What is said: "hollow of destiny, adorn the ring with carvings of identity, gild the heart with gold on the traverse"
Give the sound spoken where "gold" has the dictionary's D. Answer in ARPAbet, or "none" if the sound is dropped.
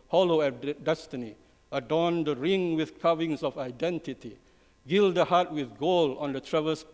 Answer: none